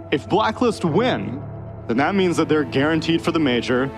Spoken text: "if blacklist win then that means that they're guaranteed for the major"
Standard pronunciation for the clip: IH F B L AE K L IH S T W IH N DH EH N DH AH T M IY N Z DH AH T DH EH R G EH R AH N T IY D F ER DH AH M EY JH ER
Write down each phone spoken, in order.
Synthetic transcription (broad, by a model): IH F B L AE K L IH S T W IH N DH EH N DH AH T M IY N Z DH AH T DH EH R G EH R AH N T IY D F ER DH AH M EY JH ER